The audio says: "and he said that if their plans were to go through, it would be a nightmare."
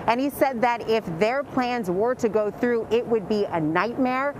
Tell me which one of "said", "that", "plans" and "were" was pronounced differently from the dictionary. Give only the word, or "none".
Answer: none